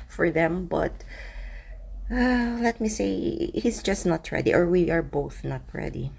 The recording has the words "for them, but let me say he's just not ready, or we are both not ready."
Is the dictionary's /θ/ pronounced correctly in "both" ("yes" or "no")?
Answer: yes